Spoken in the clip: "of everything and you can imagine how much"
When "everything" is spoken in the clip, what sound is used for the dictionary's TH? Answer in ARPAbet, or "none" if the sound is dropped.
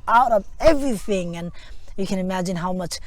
TH